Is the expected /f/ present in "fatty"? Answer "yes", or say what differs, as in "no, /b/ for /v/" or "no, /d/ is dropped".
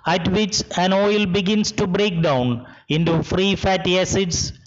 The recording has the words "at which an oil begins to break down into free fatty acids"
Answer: yes